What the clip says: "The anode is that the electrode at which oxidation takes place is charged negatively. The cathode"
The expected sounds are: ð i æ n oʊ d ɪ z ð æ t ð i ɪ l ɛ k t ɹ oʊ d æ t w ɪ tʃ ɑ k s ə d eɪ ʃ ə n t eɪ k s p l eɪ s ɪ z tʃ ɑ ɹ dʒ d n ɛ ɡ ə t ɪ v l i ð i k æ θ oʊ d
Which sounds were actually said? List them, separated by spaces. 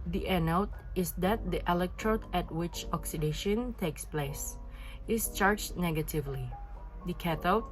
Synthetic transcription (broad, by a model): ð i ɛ n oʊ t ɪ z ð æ t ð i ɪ l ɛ k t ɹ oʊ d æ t w ɪ tʃ ɑ k s ə d eɪ ʃ ə n t eɪ k s p l eɪ s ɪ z tʃ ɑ ɹ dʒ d n ɛ ɡ ə t ɪ v l i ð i k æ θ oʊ